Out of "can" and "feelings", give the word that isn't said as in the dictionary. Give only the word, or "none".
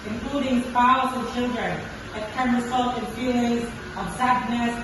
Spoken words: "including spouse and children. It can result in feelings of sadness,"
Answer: feelings